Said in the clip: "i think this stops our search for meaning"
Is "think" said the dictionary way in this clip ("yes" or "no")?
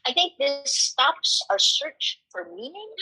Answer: yes